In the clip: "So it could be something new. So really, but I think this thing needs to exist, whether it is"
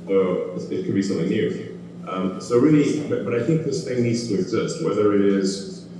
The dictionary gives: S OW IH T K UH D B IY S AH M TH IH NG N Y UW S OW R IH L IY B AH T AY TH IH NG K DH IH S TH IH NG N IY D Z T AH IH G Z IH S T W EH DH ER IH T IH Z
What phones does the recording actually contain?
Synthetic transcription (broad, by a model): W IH IH T K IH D B IY S AH M TH IH NG N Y UW S OW R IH L IY B AH T AY TH IH NG K DH IH S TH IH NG N IY D Z T AH IH G Z IH S T W EH DH ER IH T IH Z